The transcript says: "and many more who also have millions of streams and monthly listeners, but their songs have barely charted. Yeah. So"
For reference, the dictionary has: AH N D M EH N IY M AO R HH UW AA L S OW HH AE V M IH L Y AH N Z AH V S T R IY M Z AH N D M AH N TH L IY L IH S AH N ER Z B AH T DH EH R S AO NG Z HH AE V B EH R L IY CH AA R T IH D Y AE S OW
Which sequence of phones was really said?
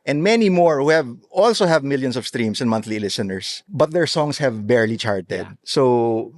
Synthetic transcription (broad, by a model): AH N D M EH N IY M AO R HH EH AA L S OW HH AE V M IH L Y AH N S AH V S T R IY M S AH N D M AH N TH L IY L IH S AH N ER S B AH T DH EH R S AO NG S HH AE V B EH R L IY CH AA R T IH D S OW